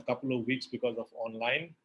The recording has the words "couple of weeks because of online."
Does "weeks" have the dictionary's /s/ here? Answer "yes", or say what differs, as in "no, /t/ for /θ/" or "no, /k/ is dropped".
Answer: yes